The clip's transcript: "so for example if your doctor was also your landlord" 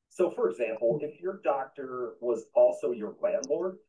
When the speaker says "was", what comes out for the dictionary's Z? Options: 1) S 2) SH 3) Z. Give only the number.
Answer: 3